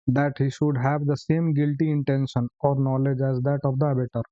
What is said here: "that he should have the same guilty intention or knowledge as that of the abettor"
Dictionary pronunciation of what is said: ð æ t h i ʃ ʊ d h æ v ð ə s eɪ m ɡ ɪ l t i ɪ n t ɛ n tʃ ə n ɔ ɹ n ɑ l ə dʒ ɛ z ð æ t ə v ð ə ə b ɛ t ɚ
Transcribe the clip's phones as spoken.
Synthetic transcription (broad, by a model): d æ t h i ʃ ʊ d h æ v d ə s eɪ m ɡ ɪ l t i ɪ n t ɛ n ʃ ə n ɔ ɹ n ɑ l ə dʒ ɛ z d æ t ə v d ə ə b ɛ t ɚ